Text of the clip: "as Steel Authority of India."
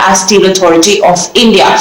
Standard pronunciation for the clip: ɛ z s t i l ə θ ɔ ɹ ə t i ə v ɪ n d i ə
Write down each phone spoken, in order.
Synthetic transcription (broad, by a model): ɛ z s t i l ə t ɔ ɹ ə t i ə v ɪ n d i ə